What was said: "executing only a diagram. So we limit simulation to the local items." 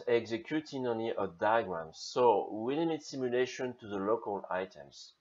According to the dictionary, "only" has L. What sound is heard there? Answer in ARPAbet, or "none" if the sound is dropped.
none